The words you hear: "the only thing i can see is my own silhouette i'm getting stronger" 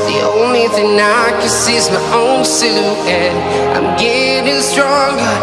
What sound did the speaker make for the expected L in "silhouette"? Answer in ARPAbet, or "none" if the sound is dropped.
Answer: none